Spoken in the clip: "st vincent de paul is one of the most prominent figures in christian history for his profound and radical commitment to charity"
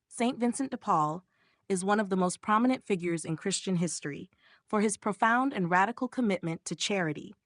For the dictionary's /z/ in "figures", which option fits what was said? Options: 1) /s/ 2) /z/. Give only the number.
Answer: 2